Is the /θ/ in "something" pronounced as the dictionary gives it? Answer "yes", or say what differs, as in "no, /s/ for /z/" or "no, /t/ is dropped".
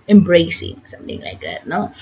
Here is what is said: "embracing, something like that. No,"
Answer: yes